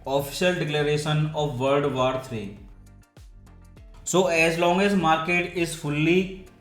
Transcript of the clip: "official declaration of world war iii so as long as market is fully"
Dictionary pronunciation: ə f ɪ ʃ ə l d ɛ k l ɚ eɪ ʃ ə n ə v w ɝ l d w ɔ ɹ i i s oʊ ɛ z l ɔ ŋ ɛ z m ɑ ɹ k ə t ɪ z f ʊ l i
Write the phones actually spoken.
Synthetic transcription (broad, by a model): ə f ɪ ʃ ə l d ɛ k l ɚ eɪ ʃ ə n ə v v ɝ d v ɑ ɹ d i s oʊ ɛ z l ɔ ŋ ɛ z m ɑ ɹ k ə t ɪ z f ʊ l i